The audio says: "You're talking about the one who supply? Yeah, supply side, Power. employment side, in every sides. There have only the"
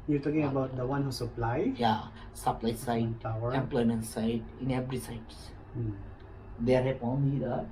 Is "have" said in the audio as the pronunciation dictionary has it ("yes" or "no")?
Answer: no